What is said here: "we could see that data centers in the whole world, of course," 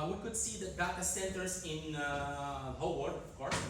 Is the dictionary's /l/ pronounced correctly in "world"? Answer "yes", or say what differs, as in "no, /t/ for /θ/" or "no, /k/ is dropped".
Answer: no, /l/ is dropped